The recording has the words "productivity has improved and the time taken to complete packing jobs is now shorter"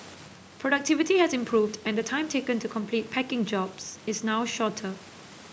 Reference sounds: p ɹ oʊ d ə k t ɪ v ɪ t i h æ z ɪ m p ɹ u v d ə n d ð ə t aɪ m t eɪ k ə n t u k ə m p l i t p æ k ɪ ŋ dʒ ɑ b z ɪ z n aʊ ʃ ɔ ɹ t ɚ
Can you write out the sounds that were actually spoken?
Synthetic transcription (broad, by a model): p ɹ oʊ d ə k t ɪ v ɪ t i h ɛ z ɪ m p ɹ u v d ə n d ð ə t aɪ m t eɪ k ə n t u k ə m p l i t p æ k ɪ ŋ dʒ ɑ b s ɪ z n aʊ ʃ ɔ t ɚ